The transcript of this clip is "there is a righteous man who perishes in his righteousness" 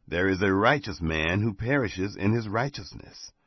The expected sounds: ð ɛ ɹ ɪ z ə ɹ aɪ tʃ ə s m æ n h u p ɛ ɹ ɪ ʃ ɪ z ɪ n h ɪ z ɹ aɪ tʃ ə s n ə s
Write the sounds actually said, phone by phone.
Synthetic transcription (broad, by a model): ð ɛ ɹ ɪ z ə ɹ aɪ tʃ ə s m æ n h u p ɛ ɹ ɪ ʃ ɪ z ɪ n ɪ z ɹ aɪ tʃ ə s n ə s